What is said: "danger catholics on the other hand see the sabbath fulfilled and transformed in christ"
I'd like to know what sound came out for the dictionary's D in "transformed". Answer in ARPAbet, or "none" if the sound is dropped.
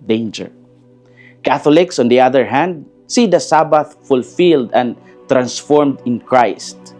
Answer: D